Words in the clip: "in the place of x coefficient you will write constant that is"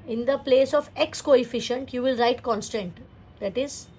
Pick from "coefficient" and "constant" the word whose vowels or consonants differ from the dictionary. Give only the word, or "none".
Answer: none